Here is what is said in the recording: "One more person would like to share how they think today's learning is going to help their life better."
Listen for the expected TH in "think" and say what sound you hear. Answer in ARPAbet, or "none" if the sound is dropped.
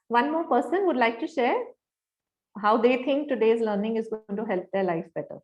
T